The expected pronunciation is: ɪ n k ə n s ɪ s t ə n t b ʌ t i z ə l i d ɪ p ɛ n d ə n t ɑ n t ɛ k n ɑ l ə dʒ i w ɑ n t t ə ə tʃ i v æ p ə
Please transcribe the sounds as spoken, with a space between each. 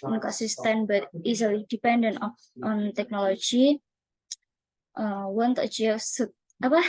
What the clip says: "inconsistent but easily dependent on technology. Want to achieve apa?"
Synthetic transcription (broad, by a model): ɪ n k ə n s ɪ s t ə n b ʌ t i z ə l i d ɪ p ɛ n d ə n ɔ ɑ n t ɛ k n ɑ l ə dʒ i w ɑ n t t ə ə s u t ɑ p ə